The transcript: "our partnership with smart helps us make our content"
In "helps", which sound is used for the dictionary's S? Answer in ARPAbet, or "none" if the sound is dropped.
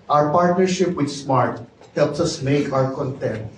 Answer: S